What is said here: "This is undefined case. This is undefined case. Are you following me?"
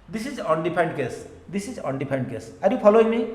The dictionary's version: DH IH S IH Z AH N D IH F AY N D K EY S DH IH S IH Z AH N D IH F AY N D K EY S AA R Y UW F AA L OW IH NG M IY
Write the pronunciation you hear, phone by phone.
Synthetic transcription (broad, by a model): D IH S IH Z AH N D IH P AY N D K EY S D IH S IH Z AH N D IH P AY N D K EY S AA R Y UW P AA L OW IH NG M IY